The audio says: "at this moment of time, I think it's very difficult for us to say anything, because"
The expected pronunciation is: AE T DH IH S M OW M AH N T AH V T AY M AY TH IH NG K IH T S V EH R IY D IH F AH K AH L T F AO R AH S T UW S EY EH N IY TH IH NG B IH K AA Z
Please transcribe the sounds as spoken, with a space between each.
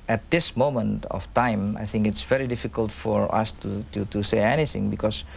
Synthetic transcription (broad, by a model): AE T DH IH S M OW M AH N T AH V T AY M AY TH IH NG K IH T S V EH R IY D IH F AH K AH L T F AO R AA S T UW S EY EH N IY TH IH NG B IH K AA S